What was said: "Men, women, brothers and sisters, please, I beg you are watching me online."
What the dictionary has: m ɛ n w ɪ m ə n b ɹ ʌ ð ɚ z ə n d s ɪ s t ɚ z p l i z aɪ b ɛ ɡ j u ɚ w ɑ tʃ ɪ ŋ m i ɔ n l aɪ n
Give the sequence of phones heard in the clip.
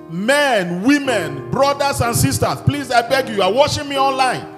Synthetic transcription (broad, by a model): m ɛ n w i m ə n b ɹ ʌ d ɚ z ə n s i s t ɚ s p l i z aɪ b ɛ ɡ j u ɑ w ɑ ʃ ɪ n m i ɔ n l aɪ n